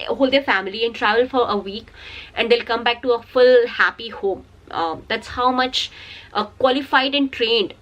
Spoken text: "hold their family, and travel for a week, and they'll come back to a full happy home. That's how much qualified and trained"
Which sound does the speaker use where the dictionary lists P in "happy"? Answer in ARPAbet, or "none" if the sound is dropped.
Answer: P